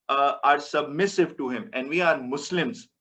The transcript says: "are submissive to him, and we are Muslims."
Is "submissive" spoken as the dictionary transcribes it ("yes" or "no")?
yes